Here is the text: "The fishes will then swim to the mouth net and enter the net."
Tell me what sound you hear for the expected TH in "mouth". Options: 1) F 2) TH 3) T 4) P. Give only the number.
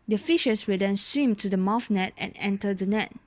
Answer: 1